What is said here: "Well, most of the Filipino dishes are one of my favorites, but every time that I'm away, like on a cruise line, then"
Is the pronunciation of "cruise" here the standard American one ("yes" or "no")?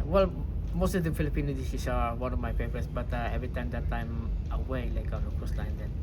no